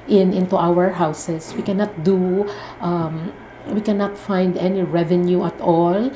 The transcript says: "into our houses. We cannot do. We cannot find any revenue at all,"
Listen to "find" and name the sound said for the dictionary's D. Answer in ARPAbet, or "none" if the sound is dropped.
D